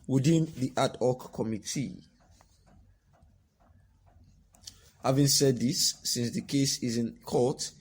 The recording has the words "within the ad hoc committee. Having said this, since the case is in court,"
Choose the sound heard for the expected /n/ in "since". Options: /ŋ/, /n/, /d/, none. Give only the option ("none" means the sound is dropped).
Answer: /n/